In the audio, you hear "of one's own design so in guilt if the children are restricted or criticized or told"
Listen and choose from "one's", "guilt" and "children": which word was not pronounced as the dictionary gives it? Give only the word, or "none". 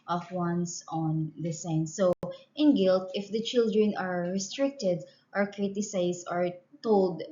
one's